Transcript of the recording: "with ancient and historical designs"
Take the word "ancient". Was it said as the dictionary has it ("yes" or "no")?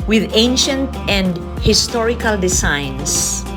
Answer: yes